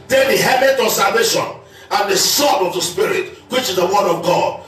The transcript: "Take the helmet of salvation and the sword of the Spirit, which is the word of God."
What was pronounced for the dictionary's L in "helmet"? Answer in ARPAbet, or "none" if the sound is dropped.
none